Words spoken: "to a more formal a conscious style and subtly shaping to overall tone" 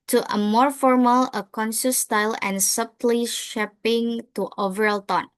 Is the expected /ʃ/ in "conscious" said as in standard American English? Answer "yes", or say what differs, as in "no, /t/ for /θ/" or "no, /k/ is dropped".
no, /s/ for /ʃ/